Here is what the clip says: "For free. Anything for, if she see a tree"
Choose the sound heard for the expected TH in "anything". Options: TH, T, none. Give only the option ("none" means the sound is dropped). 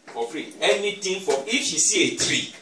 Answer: T